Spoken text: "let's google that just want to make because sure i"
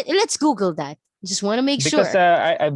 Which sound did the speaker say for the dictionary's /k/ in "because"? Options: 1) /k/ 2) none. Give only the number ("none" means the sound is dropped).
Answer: 2